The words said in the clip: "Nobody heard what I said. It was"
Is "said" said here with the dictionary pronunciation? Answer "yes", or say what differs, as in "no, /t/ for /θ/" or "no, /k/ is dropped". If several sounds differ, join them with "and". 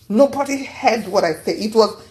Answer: no, /d/ is dropped